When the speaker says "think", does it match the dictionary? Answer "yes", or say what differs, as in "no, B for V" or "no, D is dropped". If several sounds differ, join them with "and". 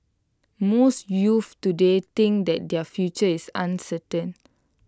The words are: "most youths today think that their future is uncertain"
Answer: no, T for TH